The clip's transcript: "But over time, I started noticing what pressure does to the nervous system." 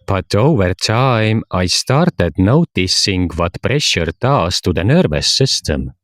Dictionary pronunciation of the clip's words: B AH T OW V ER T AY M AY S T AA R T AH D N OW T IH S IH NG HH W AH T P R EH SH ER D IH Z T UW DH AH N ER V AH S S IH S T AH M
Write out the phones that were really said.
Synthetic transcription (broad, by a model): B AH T OW V ER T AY M AY S T AA R T AH D N OW T IH S IH NG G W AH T P R EH SH ER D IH S T UW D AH N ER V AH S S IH S T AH M